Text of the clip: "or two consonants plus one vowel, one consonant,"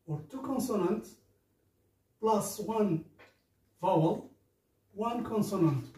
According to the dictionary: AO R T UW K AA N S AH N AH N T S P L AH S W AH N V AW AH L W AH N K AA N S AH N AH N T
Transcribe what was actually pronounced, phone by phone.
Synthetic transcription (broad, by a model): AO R T UW K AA N S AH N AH N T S P L AH S W AH N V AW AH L W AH N K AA N S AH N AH N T